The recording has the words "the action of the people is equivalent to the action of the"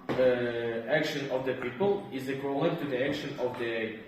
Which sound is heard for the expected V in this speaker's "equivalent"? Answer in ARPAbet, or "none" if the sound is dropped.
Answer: none